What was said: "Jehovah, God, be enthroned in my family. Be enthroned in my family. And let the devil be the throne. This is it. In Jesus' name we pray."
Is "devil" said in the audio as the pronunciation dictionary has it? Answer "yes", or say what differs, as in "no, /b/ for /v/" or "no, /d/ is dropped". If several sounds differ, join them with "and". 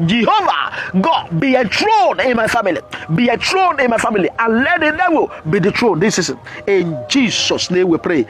no, /w/ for /v/